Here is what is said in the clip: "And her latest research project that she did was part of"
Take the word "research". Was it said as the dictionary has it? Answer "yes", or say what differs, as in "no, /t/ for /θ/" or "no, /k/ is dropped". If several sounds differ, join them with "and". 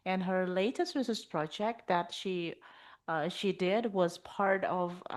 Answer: no, /s/ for /tʃ/